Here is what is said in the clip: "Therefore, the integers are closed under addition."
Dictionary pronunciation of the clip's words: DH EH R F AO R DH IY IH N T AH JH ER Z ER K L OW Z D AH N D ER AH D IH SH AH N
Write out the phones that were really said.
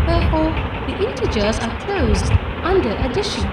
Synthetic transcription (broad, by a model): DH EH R F AO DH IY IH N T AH JH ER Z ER K L OW Z D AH N D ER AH D IH SH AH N